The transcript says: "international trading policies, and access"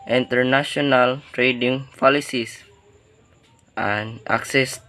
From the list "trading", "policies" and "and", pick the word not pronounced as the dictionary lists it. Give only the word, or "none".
policies